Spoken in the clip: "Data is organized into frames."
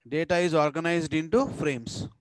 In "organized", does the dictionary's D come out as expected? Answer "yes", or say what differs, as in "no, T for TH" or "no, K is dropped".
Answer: yes